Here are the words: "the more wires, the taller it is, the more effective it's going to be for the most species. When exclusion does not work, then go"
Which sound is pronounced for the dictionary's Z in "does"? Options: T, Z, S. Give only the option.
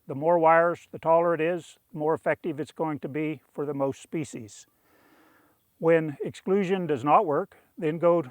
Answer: Z